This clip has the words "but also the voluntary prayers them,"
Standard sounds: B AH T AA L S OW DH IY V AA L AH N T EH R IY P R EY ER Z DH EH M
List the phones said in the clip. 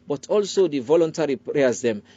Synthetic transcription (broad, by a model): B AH T AA L S OW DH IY V AA L AH N T EH R IY P R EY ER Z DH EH M